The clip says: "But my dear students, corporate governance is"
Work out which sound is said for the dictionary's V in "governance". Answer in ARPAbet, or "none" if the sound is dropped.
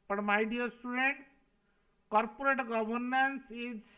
B